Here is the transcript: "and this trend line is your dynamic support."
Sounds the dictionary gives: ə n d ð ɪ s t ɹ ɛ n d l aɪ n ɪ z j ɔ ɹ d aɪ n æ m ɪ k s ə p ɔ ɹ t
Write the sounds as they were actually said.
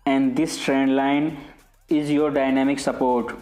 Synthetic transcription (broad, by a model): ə n d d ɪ s t ɹ ɛ n d l aɪ n ɪ z j ɔ ɹ d aɪ n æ m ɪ k s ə p ɔ ɹ t